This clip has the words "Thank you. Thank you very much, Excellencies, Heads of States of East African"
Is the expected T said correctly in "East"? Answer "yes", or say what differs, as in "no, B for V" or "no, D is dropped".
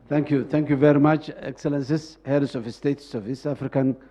no, T is dropped